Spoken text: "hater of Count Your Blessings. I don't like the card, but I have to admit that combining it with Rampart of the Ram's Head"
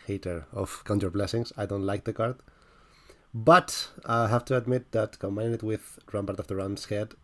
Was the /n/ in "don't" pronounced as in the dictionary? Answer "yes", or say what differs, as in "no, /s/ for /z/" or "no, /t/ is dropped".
yes